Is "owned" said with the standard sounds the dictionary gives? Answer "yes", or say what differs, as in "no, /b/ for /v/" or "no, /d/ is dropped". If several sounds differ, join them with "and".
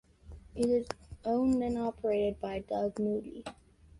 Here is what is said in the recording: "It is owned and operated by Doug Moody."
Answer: no, /d/ is dropped